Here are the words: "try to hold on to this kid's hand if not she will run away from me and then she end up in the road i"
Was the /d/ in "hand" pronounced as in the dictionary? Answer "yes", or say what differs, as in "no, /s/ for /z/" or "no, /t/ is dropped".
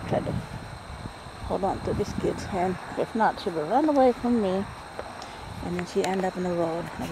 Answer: no, /d/ is dropped